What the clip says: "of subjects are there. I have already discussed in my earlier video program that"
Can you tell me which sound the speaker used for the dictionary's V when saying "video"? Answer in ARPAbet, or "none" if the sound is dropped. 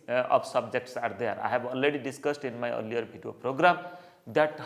B